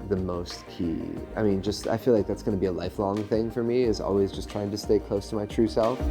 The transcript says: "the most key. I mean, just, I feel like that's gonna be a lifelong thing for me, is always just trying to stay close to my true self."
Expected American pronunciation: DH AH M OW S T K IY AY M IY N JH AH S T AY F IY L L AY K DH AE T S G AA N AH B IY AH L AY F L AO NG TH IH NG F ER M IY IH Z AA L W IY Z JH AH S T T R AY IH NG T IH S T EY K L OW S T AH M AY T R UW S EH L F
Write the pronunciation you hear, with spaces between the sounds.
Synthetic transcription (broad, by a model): DH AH M OW S T K IY AY M IY N JH AH S T AY F IY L L AY K DH AE T S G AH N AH B IY AH L AY F L AO NG TH IH NG F ER M IY IH Z AA L W IY Z JH AH S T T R AY IH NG T IH S T EY K L OW S T AH M AY T R UW S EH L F